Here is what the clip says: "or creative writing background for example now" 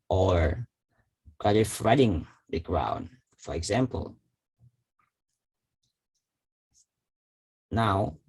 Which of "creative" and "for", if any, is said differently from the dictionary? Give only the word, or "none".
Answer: creative